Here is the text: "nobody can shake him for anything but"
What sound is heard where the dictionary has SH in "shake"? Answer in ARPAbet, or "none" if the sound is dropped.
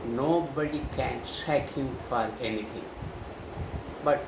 S